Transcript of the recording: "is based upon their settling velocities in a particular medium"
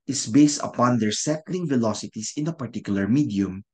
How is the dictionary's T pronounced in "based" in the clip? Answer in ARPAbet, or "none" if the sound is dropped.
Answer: T